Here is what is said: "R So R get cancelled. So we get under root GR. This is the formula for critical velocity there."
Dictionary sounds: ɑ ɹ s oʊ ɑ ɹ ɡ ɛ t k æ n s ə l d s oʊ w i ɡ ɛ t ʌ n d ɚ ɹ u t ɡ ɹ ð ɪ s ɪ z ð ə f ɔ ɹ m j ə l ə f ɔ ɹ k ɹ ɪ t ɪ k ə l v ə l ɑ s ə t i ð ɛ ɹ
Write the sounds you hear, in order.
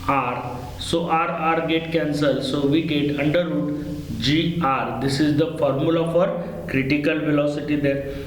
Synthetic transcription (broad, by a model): ɑ ɹ s oʊ ɑ ɹ ɡ ɛ t k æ n s ə l s oʊ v i ɡ ɛ t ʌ n d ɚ ɹ u t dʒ ɹ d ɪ s ɪ z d ə f ɔ ɹ m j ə l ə f ɔ ɹ k ɹ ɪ t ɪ k ə l v ə l ɑ s ə t i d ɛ ɹ